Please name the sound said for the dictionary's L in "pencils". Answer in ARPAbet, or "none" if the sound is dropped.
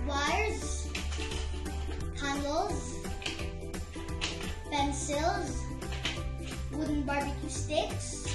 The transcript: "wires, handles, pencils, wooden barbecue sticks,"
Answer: L